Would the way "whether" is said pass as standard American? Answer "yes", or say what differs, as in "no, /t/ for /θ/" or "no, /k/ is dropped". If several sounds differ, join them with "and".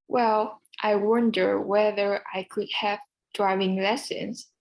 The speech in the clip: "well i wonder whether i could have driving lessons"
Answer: yes